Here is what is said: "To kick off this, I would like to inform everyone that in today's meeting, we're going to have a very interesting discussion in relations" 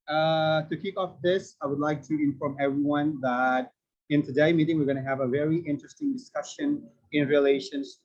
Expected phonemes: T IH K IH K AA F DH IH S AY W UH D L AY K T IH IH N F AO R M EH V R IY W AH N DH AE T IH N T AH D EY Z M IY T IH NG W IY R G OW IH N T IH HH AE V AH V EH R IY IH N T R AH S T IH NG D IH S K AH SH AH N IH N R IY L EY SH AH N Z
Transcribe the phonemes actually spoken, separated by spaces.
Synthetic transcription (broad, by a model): T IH K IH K AA F DH IH S AY W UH D L AY K T IH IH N F AO R M EH V R IY W AH N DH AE T IH N T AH D EY M IY T IH NG W IY R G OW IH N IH HH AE V AH V EH R IY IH N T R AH S T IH NG D IH S K AH SH AH N IH N R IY L EY SH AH N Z